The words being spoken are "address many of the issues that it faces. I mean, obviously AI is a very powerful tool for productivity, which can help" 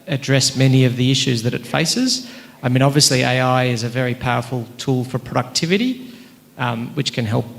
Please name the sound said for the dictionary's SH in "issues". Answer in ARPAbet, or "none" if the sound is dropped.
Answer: SH